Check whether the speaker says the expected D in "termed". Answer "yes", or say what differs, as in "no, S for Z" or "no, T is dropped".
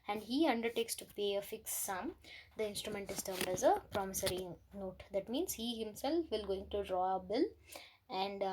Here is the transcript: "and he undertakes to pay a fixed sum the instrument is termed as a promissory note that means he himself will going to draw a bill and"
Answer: yes